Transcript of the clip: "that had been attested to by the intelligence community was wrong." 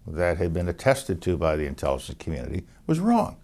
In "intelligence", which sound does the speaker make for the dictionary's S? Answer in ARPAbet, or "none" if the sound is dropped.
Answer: none